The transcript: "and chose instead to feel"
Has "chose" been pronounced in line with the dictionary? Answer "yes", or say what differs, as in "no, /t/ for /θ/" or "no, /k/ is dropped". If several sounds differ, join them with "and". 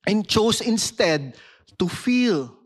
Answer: no, /s/ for /z/